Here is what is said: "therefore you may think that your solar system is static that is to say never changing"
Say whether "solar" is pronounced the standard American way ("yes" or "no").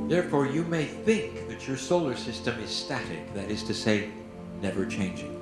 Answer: yes